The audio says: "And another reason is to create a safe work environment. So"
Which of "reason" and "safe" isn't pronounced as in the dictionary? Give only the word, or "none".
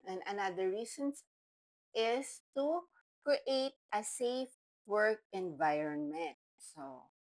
reason